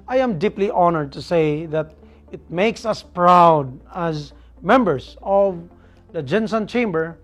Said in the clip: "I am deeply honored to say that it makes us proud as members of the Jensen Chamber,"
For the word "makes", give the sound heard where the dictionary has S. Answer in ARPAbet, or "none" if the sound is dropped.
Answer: S